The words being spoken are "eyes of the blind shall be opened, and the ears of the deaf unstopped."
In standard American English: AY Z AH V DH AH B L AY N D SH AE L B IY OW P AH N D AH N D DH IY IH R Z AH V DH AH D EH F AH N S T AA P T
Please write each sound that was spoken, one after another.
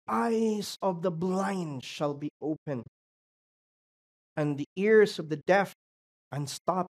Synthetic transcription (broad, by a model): AY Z AH V DH AH B L AY N D SH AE L B IY OW P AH N AH N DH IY IH R Z AH V DH AH D EH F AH N S T AA P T